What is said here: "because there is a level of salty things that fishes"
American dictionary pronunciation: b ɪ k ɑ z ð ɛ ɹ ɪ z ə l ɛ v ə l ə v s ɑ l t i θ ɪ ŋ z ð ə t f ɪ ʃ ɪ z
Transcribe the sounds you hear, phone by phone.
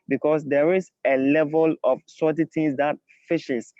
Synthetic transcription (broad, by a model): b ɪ k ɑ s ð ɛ ɹ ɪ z ə l ɛ v ə l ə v s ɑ t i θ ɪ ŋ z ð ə t f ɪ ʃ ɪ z